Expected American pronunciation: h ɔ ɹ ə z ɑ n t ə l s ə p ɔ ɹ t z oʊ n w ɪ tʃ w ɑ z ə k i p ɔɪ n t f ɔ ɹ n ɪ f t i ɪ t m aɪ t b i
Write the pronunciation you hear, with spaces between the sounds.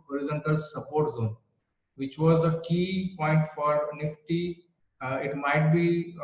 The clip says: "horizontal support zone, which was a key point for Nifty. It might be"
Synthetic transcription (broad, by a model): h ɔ ɹ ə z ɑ n t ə l s ə p ɔ ɹ t z oʊ n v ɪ tʃ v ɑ z ə k i p ɔɪ n t f ɔ ɹ n ɪ f t i ɪ t m aɪ t b i